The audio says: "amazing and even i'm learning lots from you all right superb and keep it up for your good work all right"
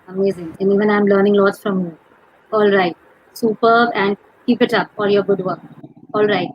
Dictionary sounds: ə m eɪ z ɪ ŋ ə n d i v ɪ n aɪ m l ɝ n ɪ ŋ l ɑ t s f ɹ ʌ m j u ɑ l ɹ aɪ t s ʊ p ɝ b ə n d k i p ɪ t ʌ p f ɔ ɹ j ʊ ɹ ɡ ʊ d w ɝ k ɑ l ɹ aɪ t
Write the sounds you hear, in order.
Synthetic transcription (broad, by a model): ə m eɪ z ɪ ŋ ə n d i v ɪ n aɪ m l ɝ n ɪ ŋ l ɑ t s f ɹ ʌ m j u ɑ l ɹ aɪ t s ʊ p ɝ b ə n d k i p ɪ t ʌ p ɔ l j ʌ ɹ ɡ ʊ d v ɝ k ɑ l ɹ aɪ t